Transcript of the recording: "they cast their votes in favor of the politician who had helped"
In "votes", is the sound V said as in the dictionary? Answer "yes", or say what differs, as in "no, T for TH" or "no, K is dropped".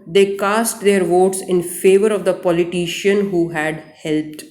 yes